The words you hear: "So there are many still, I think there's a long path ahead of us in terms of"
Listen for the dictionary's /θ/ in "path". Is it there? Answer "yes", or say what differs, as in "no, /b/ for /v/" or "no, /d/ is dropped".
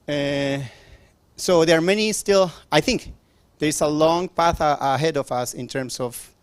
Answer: yes